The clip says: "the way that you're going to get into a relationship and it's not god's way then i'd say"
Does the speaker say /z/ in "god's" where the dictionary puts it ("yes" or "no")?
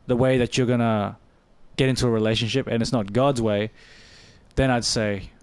yes